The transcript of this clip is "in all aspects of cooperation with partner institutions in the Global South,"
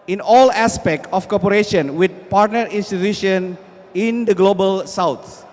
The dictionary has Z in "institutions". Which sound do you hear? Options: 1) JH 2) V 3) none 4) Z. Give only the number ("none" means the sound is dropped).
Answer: 3